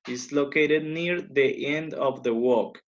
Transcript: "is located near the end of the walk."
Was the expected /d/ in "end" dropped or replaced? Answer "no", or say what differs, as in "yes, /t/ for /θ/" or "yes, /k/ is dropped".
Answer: no